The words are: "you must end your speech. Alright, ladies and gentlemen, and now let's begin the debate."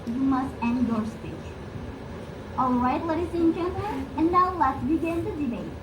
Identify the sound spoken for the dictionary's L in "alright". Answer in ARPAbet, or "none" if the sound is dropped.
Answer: L